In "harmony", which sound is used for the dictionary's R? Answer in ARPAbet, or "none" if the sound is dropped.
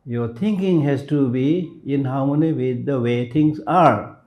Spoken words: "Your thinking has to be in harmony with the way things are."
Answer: W